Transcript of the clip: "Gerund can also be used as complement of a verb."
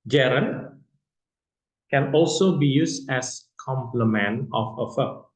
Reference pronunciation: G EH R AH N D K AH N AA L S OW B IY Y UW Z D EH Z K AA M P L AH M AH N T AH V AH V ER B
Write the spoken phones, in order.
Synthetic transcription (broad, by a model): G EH R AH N K AH N AA L S OW B IY Y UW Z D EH S K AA M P L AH M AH N AH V AH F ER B